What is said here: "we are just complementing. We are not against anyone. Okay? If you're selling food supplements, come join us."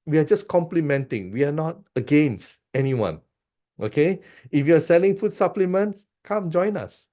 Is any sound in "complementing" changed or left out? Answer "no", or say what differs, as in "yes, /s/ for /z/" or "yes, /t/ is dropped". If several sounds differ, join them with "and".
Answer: no